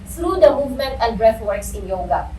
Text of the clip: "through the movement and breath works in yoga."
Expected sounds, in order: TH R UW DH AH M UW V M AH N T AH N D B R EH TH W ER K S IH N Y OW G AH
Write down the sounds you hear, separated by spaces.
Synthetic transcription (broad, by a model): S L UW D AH M UW V M AH N T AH N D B R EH F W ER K S IH N Y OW G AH